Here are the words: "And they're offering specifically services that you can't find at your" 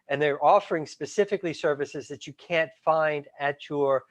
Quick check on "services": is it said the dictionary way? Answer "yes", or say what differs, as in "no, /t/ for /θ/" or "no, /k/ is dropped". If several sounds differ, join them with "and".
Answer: yes